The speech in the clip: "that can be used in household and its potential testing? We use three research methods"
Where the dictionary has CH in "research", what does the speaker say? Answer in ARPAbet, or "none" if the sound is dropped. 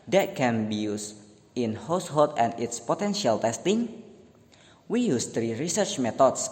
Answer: CH